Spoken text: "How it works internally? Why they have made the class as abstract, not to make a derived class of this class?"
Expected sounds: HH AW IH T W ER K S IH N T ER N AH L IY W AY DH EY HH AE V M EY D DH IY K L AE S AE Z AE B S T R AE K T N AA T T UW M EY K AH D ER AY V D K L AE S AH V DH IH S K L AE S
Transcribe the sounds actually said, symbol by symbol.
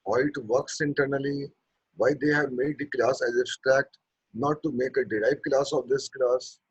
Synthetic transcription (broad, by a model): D IH T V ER K S IH N T ER N AH L IY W AY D EY HH AE V M EY D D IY K L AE S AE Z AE S T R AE K T N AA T T UW M EY K AH D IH AY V K L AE S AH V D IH S K L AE S